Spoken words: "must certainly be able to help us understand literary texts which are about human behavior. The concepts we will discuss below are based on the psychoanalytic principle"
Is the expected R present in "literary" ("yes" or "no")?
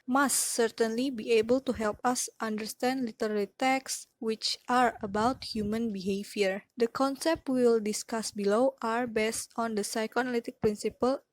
no